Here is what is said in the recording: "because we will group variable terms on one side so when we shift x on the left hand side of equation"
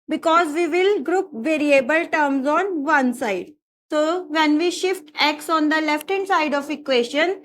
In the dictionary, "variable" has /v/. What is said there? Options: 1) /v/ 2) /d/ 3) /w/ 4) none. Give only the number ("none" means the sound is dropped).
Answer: 1